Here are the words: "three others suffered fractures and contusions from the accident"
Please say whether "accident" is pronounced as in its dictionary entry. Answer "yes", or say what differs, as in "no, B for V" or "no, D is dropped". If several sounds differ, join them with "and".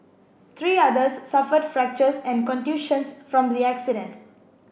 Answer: yes